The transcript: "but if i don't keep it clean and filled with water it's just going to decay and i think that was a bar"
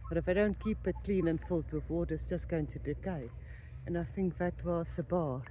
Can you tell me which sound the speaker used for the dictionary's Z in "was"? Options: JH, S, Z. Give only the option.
S